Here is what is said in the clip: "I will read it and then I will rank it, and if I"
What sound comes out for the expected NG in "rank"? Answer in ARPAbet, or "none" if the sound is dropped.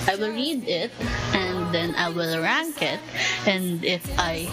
NG